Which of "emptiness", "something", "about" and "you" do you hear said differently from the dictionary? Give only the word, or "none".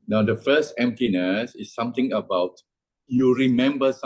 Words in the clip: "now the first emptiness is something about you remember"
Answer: something